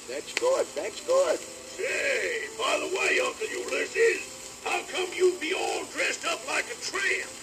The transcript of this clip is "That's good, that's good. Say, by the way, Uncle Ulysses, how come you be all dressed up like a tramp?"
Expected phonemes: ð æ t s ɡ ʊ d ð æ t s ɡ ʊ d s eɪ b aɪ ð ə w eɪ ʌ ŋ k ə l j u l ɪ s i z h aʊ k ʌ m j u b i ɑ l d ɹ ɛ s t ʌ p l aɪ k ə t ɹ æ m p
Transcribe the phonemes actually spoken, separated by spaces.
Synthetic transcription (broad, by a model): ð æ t s ɡ ʊ d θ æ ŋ s ɡ ʊ d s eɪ b aɪ ð ə w eɪ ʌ k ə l j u l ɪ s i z h aʊ k ʌ m j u b i ɑ l d ɹ ɛ s t ʌ p l aɪ k ə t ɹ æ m